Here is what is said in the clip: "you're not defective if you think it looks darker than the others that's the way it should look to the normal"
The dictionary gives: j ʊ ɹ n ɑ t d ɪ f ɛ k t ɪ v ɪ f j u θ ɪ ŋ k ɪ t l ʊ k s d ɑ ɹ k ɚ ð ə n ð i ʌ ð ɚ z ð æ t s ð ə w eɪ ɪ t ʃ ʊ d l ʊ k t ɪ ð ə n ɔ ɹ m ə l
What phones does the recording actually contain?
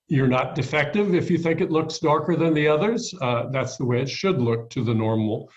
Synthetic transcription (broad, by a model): j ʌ ɹ n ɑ t d ɪ f ɛ k t ɪ v ɪ f j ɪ θ ɪ ŋ k ɪ t l ʊ k s d ɑ ɹ k ɚ ð ə n ð i ʌ ð ɚ z ð æ t s ð ə w eɪ ɪ t ʃ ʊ d l ʊ k t ɪ ð ə n ɔ ɹ m l